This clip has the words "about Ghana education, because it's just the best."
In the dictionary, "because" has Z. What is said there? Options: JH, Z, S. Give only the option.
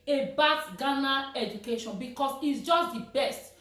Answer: S